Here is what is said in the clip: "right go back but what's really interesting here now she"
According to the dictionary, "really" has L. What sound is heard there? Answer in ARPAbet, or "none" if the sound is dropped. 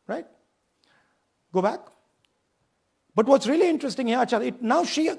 L